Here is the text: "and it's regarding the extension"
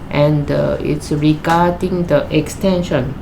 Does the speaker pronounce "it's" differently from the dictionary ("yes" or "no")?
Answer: no